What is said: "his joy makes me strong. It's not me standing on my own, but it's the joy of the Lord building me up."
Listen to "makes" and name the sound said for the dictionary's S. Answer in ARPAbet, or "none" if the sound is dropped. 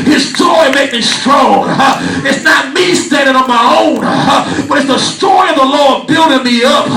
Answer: none